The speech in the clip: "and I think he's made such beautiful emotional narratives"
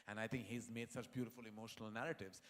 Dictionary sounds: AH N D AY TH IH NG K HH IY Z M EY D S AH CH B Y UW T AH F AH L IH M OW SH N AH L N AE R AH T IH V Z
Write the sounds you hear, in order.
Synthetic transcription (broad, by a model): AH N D AY T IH NG K HH IY Z M EY D S AH CH B Y UW T AH F AH L IH M OW SH N AH L N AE R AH T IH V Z